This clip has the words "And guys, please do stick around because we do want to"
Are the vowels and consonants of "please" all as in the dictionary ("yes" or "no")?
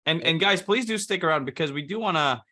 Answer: yes